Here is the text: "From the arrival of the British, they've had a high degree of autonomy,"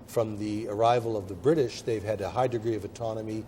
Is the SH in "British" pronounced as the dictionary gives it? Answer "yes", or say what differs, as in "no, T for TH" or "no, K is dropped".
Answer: yes